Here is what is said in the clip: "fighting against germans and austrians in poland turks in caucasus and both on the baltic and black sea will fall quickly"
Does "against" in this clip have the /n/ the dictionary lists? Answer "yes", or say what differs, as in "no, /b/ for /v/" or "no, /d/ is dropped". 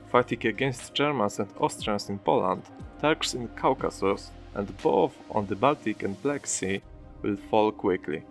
yes